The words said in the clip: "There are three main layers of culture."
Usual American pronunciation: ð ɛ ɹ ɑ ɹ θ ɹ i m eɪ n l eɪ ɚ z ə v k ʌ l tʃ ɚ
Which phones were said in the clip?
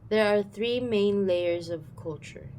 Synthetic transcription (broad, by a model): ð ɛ ɹ ɑ ɹ θ ɹ i m eɪ n l eɪ ɚ z ə v k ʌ l tʃ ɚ